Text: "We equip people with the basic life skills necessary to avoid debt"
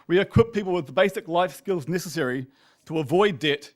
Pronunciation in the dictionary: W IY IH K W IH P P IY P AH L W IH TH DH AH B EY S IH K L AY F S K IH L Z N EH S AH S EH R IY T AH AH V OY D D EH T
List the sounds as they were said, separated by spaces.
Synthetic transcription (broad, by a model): W IY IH K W IH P P IY P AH L W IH DH AH B EY S IH K L AY F S K IH L Z N EH S AH S EH R IY T AH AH V OY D D EH T